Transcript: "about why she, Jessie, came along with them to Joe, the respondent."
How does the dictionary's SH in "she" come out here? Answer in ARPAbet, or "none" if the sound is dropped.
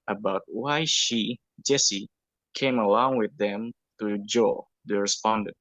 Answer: SH